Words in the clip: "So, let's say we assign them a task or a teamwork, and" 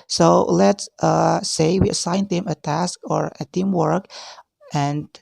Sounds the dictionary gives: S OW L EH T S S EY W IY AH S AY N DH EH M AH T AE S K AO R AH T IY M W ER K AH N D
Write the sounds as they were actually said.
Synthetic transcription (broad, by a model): S OW L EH T S S EY W IY AH S AY N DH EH M AH T AE S K AO R AH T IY M W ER K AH N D